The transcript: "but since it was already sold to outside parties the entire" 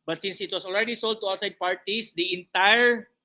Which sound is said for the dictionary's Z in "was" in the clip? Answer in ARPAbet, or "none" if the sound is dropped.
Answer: S